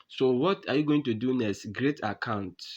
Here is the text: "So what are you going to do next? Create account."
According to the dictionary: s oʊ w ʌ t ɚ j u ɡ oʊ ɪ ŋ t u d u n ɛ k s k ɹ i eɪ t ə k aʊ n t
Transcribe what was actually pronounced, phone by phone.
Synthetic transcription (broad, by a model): s oʊ w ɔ t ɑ j u ɡ oʊ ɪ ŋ t u d u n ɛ s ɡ ɹ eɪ t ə k aʊ n t